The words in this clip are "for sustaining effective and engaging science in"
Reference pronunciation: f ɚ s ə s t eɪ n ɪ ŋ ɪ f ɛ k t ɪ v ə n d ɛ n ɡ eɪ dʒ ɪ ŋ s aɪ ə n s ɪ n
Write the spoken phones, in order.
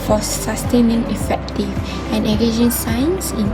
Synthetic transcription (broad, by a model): f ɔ s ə s t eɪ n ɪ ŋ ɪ f ɛ k t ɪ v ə n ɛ ɡ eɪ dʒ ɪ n s aɪ ə n s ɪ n